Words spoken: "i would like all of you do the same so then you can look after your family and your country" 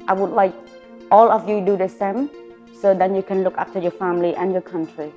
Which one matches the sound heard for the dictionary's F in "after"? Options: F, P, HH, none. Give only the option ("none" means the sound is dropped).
P